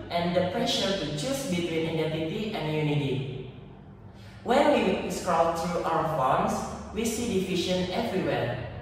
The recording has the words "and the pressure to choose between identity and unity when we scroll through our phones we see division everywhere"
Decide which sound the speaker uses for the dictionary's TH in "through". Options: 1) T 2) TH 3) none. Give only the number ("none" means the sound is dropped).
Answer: 1